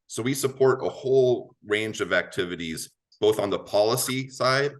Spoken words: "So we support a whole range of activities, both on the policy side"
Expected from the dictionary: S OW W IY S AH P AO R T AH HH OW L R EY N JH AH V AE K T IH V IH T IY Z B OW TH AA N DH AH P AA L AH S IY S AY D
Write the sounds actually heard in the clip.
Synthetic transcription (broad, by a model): S OW W IY S AH P AO R T AH HH OW L R EY N JH AH V AE K T IH V IH T IY Z B OW TH N DH AH P AA L AH S IY S AY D